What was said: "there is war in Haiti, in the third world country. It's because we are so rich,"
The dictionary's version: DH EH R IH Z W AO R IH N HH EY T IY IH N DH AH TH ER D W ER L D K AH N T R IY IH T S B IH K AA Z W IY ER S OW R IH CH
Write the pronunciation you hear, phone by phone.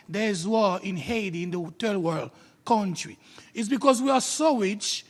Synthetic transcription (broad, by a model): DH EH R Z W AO IH N HH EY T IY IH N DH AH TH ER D W ER L D K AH N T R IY IH T S B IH K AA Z W IY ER S OW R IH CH